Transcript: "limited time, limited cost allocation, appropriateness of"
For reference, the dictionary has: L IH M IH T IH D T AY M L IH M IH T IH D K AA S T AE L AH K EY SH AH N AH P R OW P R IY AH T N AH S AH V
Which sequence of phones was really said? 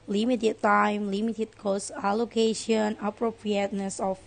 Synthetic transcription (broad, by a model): L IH M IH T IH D T AY M L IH M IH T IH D K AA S AE L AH K EY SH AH N AH P R OW P R IY AH T N AH S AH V